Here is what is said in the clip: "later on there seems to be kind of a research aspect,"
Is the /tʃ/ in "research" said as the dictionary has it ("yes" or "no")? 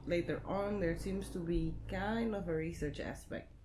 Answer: yes